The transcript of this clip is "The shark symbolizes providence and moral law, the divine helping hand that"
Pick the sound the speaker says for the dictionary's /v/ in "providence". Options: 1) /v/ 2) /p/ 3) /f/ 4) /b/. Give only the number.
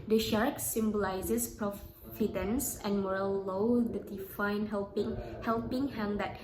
3